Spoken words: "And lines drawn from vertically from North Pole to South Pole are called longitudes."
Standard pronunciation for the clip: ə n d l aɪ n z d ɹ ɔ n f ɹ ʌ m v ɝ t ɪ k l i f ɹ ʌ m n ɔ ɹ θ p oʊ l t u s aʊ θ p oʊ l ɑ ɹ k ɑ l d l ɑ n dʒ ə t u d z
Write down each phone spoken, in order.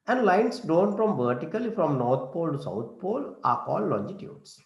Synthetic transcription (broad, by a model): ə n d l aɪ n s d ɔ n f ɹ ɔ m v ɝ t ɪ k l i f ɹ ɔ m n ɔ ɹ t p oʊ l t u s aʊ t p oʊ l ɑ ɹ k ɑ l l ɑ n dʒ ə t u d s